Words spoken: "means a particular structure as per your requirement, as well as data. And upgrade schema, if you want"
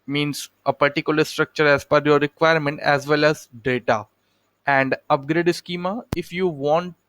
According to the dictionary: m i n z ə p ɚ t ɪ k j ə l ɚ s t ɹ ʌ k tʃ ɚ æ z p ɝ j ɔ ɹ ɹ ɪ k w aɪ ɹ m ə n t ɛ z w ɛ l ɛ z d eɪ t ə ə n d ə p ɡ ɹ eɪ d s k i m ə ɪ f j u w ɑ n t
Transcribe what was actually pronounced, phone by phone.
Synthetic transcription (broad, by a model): m i n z ə p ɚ t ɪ k j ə l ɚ s t ɹ ʌ k tʃ ɚ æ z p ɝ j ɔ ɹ ɹ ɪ k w aɪ ɹ m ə n t ɛ z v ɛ l ɛ z d eɪ t ə ə n d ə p ɡ ɹ eɪ d s k i m ə ɪ f j u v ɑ n t